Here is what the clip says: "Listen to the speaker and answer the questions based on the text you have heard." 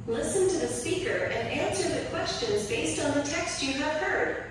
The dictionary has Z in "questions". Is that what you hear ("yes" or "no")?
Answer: yes